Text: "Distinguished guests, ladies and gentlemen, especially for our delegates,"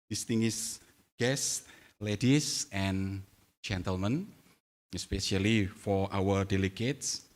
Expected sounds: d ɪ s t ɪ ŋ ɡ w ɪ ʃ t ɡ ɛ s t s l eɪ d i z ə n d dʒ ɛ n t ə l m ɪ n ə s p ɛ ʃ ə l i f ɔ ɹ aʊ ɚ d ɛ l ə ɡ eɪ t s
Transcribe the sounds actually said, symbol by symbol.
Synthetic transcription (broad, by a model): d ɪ s t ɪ ŋ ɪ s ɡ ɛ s s l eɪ d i s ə n dʒ ɛ n t ə l m ɪ n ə s p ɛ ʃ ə l i f ɔ ɹ aʊ ɚ d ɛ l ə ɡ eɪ t s